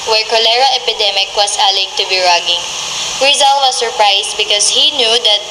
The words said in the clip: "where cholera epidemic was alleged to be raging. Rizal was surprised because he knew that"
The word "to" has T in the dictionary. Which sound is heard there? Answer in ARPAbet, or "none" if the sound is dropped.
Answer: T